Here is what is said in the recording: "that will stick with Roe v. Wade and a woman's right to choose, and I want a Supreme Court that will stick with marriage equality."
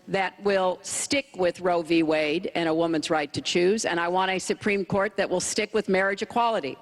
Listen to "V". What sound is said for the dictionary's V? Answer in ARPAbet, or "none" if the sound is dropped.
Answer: V